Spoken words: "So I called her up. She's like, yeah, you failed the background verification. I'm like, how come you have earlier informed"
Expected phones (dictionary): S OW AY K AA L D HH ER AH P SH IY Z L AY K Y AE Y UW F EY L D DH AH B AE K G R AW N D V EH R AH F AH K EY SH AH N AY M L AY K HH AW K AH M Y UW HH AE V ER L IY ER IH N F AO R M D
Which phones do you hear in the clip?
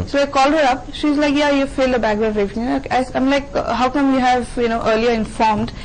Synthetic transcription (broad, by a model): S OW AY K AA L D HH ER AH P SH IY Z L AY K Y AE Y UW F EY L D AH B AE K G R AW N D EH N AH AH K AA AH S AY M L AY K HH AW K AH M Y UW HH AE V ER L IY ER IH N F AO R M D